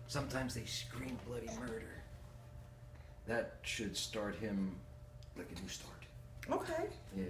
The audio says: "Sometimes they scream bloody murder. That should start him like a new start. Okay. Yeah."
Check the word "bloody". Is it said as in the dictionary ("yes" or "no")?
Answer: yes